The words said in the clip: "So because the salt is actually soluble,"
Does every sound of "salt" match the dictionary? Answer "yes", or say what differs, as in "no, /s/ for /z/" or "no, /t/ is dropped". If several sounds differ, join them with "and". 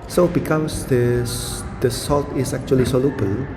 yes